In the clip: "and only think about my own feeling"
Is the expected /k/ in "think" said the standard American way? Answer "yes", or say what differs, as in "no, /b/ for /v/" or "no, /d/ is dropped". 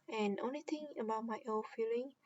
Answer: no, /k/ is dropped